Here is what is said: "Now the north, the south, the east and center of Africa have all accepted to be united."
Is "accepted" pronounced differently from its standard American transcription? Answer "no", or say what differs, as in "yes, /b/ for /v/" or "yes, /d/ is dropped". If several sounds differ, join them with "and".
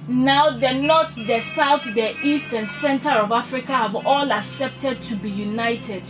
no